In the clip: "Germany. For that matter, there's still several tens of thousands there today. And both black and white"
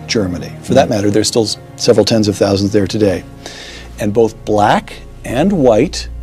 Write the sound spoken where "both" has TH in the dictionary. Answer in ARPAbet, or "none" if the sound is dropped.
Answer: TH